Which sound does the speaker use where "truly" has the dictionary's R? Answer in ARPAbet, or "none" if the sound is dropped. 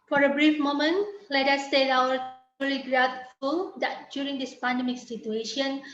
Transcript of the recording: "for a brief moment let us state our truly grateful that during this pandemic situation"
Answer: none